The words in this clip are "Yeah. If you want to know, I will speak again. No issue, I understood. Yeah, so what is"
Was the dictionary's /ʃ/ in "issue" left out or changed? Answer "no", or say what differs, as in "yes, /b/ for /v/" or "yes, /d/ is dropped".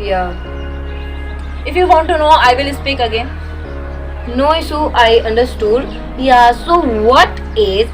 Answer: yes, /s/ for /ʃ/